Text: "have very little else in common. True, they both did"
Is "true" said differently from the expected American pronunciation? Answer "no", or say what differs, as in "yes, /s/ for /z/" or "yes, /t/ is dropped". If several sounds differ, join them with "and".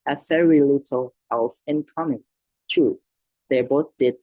yes, /ɹ/ is dropped